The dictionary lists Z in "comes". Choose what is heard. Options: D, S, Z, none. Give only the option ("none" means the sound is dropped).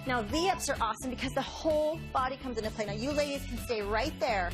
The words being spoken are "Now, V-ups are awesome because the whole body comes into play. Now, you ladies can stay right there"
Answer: Z